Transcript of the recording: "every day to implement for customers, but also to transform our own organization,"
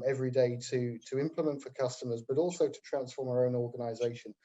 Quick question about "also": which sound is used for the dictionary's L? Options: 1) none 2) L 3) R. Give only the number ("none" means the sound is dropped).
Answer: 2